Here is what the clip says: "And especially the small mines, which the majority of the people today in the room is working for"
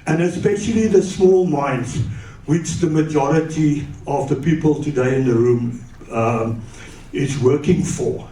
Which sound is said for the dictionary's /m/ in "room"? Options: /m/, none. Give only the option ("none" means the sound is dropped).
/m/